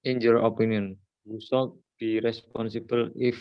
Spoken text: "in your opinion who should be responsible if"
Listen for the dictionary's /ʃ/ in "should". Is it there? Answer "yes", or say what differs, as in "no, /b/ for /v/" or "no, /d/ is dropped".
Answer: no, /s/ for /ʃ/